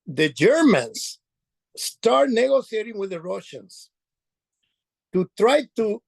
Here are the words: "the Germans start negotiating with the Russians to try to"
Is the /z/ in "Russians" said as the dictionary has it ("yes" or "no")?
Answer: no